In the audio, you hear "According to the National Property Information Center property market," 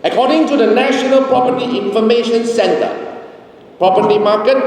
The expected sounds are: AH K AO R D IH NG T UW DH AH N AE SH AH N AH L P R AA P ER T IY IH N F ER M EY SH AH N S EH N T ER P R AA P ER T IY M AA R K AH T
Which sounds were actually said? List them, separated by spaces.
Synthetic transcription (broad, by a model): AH K AO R D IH NG T UW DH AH N AE SH AH N AH L P R AA P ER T IY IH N F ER M EY SH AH N S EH N T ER P R AA P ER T IY M AA K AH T